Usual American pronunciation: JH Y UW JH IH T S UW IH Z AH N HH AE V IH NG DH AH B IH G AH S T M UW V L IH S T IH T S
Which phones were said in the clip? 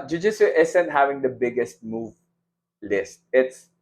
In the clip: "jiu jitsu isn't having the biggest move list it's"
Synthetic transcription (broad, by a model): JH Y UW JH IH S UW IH S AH N HH AE V IH NG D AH B IH G AH S T M UW V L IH S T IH T S